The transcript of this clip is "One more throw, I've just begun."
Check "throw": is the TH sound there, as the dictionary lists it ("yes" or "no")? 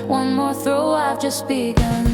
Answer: yes